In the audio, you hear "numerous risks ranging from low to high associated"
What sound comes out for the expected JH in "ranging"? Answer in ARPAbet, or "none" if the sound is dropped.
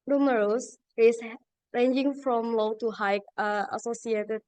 JH